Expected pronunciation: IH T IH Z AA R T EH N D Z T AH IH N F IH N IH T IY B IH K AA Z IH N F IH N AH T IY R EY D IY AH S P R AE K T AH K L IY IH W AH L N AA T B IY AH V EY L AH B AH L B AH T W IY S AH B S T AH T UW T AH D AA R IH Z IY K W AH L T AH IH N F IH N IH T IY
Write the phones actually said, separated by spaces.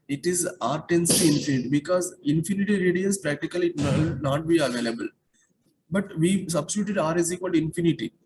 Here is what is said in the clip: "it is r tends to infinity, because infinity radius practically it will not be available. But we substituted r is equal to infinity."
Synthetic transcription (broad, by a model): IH T IH Z AA R T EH N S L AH IH N F IH N IH T IY B IH K AA Z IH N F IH N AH T IY R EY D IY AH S P R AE K T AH K IY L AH N N AA T B IY AH V EY L AH B AH L B AH T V IY S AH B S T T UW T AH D AA R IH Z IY K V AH L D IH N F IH N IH T IY